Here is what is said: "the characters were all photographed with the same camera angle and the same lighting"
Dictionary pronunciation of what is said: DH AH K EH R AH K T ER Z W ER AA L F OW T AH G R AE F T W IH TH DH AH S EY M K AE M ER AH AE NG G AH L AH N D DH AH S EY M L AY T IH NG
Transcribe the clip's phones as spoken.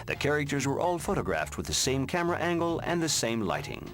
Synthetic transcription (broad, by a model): DH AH K EH R AH K T ER Z W ER AA L F OW T AH G R AE F T W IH DH AH S EY M K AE M ER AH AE NG G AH L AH N DH AH S EY M L AY T IH NG